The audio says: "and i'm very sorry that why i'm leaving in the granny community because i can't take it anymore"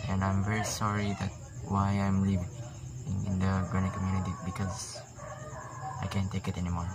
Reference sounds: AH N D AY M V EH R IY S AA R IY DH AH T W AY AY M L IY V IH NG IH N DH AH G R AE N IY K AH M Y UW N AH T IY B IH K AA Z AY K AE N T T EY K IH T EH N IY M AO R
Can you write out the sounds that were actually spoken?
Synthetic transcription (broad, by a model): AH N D AY M V EH R IY S AA R IY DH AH T W AY AY M L IY V IH NG IH N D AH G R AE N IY K AH M Y UW N AH T IY B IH K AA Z AY K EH N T T EY K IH T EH N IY M AO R